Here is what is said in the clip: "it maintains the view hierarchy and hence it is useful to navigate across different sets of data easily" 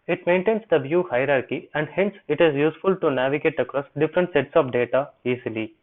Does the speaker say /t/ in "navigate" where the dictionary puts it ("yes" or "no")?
yes